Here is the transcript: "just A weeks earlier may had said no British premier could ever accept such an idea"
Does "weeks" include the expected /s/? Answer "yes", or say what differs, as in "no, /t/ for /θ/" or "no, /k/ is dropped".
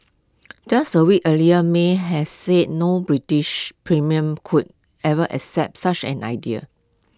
no, /s/ is dropped